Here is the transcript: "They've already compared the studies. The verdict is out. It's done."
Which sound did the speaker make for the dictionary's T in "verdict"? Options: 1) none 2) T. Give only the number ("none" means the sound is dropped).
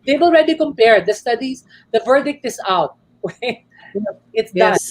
2